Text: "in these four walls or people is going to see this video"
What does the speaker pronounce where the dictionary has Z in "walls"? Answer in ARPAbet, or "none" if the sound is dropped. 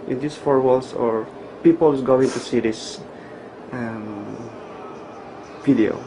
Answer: S